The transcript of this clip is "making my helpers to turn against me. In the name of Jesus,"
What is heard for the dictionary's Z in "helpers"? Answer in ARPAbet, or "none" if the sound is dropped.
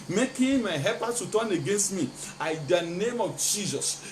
none